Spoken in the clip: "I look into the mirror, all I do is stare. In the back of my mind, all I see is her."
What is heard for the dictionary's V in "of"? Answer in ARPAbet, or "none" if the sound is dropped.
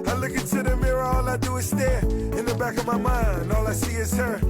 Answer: V